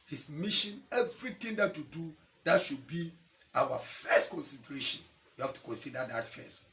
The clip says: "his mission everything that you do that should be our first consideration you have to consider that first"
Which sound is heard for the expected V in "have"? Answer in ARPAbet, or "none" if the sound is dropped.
F